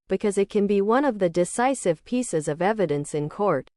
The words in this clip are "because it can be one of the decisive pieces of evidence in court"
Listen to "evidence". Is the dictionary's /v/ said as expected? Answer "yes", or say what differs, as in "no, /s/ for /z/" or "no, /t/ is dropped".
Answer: yes